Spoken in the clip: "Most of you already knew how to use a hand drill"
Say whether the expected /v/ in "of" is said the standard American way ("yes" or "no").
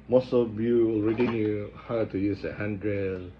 no